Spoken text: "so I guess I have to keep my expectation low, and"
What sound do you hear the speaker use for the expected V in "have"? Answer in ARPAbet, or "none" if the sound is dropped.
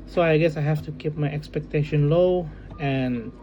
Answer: F